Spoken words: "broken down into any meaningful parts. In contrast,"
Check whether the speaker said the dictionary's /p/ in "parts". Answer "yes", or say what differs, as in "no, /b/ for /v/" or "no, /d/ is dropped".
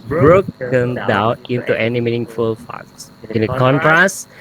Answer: no, /f/ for /p/